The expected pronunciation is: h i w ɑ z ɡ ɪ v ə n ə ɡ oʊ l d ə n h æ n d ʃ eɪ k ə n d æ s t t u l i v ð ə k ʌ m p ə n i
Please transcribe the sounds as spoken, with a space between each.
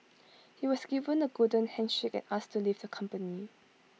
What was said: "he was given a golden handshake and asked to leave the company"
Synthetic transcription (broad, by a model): h i w ɑ s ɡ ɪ v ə n ə ɡ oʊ d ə n h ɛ n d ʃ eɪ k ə n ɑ s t t u l i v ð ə k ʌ m p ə n i